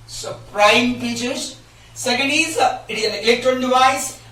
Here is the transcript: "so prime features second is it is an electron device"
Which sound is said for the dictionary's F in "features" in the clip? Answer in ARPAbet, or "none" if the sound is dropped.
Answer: P